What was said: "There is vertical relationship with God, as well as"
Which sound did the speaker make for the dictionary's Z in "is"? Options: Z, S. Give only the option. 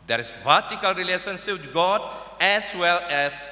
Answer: S